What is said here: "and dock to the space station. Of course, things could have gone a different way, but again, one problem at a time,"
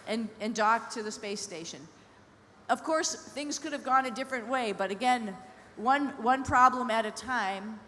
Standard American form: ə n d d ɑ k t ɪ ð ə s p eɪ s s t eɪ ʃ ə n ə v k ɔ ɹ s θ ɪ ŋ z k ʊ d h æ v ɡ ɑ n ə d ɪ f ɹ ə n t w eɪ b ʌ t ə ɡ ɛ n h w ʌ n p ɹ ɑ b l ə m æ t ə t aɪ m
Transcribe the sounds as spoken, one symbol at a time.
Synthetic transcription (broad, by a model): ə n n d ɑ k t ɪ ð ə s p eɪ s s t eɪ ʃ ə n ə v k ɔ ɹ s θ ɪ ŋ z k ʊ d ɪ v ɡ ɑ n ə d ɪ f ɹ ə n t w eɪ b ʌ t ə ɡ ɛ n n w ʌ n p ɹ ɑ b l ə m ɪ t ə t aɪ m